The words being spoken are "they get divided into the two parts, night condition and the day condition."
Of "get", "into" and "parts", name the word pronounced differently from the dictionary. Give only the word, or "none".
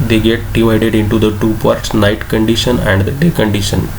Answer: none